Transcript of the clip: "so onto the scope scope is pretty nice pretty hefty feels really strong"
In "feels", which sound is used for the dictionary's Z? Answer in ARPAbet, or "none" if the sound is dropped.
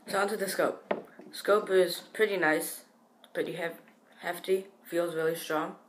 Z